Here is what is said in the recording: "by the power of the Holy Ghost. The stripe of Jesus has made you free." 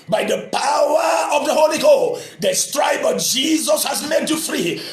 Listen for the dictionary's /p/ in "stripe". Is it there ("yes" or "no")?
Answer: no